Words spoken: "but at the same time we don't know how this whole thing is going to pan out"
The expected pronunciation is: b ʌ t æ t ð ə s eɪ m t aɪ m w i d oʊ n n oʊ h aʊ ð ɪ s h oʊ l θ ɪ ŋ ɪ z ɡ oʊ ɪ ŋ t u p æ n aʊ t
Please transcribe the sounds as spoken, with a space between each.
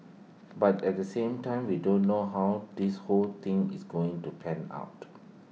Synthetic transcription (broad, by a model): b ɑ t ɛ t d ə s eɪ m t aɪ m w i d oʊ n n oʊ h aʊ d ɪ s h oʊ l t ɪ ŋ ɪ s ɡ oʊ ɪ ŋ t u p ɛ n aʊ t